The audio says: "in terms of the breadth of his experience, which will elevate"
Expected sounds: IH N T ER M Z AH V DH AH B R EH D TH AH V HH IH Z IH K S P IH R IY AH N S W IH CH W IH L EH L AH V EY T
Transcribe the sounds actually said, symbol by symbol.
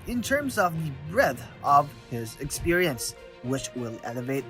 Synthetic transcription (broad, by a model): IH N T ER M Z AH V DH AH B R EH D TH AH V HH IH Z IH K S P IH R IY AH N S W IH CH W IH L EH L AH V EY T